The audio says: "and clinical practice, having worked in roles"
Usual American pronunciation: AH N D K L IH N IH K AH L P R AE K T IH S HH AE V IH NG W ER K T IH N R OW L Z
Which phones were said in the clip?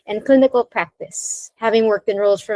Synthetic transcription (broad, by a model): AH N K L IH N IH K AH L P R AE K T IH S HH AE V IH NG W ER K T IH N R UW L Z